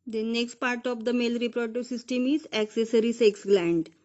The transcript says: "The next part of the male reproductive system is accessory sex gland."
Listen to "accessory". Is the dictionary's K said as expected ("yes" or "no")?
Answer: yes